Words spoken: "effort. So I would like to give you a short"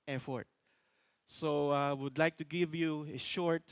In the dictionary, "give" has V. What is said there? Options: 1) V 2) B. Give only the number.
1